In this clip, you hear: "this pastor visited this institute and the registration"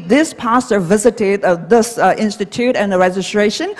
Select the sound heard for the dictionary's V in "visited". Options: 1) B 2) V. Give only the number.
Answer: 2